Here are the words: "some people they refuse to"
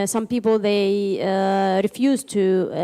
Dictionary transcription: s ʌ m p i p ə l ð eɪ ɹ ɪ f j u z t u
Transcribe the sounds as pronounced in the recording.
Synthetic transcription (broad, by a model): s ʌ m p i p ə l ð eɪ ɹ ɪ f j u z t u